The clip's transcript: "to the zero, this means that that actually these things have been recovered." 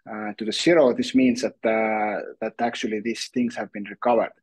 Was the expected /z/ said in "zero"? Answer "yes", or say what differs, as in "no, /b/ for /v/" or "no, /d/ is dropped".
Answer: no, /s/ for /z/